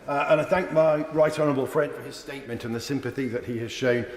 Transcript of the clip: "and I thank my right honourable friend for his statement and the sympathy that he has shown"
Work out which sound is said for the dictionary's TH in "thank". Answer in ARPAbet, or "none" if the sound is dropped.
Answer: TH